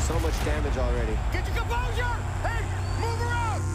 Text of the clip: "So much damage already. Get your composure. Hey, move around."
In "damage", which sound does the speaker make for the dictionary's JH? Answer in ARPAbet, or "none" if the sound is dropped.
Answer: JH